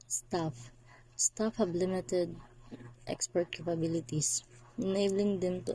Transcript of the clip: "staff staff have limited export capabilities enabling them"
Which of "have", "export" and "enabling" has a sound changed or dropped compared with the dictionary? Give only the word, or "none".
have